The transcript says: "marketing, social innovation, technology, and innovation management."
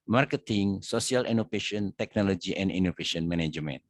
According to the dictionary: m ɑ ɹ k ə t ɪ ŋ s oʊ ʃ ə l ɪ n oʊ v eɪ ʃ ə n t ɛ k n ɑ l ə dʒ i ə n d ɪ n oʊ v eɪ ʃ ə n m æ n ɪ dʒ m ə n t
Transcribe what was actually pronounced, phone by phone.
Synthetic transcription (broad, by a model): m ɑ ɹ k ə t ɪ ŋ s oʊ s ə l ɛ n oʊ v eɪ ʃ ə n t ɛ k n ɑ l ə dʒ i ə n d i n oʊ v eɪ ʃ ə n m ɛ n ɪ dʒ m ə n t